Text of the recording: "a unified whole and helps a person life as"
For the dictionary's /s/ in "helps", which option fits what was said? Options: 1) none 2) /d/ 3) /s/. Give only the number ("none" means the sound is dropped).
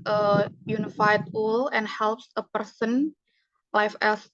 3